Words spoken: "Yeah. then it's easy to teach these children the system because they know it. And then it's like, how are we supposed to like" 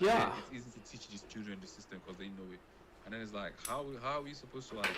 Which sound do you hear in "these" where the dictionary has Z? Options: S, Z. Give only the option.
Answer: S